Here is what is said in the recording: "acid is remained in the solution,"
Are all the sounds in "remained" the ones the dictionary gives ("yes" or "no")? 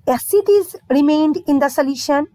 yes